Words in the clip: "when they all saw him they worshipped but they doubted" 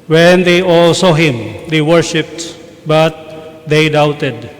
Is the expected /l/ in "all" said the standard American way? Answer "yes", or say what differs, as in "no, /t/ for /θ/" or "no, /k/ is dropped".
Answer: yes